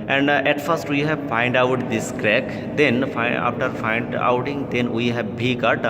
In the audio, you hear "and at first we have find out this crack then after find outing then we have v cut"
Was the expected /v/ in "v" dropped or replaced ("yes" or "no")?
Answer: yes